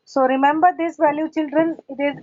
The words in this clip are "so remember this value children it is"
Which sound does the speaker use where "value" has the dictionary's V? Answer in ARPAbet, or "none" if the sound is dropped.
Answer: V